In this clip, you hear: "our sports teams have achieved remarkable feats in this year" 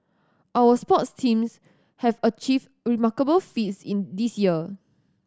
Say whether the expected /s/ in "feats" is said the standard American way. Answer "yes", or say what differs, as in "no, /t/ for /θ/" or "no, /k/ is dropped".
yes